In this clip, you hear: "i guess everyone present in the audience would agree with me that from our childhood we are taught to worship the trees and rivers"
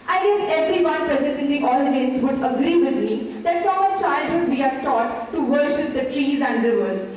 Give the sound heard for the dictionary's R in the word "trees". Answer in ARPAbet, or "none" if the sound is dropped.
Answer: R